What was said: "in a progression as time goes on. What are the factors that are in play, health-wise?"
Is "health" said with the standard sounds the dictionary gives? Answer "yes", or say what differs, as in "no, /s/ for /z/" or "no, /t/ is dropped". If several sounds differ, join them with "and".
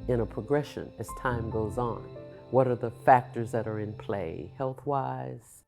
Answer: yes